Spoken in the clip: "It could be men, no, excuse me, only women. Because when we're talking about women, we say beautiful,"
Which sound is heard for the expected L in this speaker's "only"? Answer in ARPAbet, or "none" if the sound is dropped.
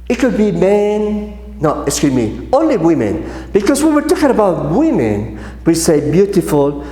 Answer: L